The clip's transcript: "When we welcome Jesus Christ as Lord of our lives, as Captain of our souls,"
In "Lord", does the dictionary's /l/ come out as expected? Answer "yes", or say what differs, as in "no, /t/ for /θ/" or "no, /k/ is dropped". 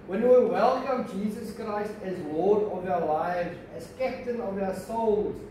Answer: no, /w/ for /l/